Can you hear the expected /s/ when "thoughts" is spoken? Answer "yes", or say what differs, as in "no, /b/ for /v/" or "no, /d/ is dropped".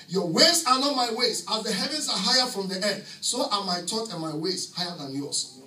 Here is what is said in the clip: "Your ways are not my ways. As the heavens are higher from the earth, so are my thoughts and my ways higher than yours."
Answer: no, /s/ is dropped